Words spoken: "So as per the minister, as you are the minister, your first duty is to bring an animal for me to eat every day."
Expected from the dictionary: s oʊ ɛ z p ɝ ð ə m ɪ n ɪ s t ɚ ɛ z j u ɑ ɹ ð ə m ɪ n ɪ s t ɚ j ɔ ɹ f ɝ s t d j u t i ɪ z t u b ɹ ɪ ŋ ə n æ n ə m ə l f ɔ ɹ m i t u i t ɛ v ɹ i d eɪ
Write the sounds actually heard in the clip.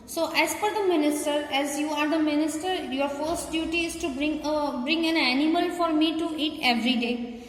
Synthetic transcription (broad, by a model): s oʊ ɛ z f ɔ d ə m ɪ n ɪ s t ɚ ɛ z j u ɑ ɹ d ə m ɪ n ɪ s t ɚ j ɔ ɹ f ɝ s t d j u t i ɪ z t u b ɹ ɪ ŋ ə n æ n ə m ə l f ɔ ɹ m i t u i t ɛ v ɹ i d eɪ